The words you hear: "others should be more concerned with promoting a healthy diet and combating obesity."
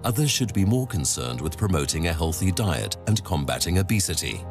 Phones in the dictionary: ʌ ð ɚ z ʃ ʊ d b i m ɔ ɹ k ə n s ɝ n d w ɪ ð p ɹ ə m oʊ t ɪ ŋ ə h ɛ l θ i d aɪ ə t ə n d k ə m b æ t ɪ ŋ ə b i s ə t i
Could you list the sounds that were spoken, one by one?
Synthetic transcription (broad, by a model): ʌ ð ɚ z ʃ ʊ d b i m ɔ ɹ k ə n s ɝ n d w ɪ ð p ɹ ə m oʊ t ɪ ŋ ə h ɛ l θ i d aɪ ə t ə n k ə m b æ t ɪ ŋ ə b i s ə t i